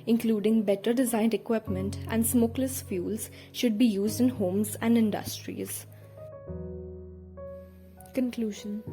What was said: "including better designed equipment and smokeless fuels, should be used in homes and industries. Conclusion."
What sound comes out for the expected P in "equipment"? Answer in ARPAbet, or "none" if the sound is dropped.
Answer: P